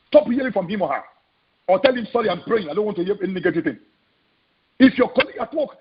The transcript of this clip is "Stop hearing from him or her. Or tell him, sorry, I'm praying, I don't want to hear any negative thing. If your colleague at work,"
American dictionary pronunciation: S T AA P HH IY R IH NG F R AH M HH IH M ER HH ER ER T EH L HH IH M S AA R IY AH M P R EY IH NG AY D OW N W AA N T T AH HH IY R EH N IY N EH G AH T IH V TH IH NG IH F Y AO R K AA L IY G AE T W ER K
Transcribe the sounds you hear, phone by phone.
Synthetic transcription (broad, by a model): S T AA P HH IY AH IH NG F R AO M HH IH M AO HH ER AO T EH L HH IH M S AA R IY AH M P R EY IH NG AY D OW N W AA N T T AH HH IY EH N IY N EH G AH T IH V T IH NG IH F Y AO K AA L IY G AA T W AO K